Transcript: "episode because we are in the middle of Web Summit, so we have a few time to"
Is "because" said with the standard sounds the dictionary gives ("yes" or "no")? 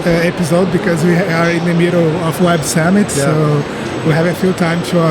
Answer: yes